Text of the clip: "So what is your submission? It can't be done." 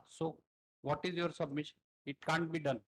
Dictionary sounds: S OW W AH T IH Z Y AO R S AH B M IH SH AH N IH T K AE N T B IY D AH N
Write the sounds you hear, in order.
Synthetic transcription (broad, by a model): S OW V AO T IH Z Y AO R S AH B M IH SH AH N IH T K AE N T B IY D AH N